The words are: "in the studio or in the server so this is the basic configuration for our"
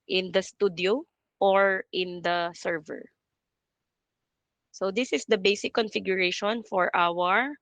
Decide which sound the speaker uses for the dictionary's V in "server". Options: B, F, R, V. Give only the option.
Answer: V